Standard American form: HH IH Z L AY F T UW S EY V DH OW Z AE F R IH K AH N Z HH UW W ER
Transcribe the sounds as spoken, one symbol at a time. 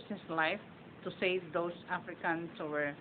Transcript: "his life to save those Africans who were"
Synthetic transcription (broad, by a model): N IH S L AY F T UW S EY V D OW S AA F R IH K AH N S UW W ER